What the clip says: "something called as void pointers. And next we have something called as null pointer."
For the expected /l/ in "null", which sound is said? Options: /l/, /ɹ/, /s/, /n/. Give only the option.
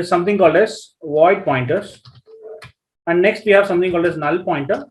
/l/